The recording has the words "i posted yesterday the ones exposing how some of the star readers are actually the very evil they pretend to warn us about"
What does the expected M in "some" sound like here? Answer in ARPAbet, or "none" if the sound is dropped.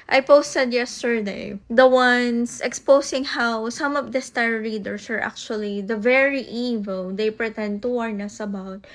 M